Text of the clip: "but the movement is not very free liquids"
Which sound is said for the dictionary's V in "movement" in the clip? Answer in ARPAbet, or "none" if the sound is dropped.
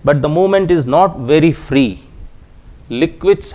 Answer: none